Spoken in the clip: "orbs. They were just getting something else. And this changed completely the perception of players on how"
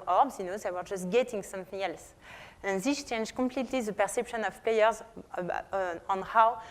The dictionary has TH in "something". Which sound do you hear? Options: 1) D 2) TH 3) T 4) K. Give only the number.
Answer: 2